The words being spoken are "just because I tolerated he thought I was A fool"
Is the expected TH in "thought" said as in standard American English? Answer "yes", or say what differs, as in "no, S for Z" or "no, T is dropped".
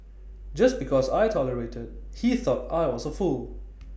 yes